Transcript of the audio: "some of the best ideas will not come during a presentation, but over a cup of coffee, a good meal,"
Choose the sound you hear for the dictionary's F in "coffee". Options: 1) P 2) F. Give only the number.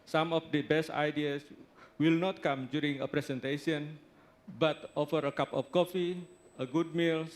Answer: 2